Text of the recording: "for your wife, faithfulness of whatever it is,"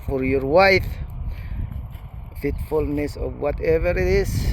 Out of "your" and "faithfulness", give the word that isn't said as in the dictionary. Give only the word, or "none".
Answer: faithfulness